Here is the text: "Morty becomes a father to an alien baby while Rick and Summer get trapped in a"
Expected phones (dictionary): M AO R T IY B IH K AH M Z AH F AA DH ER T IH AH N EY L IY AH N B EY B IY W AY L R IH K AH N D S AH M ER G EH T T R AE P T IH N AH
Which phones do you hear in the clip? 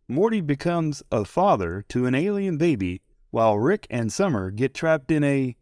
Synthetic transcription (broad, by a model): M AO R T IY B IH K AH M Z AH F AA DH ER T IH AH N EY L IY AH N B EY B IY W AY L R IH K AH N S AH M ER G EH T T R AE P T IH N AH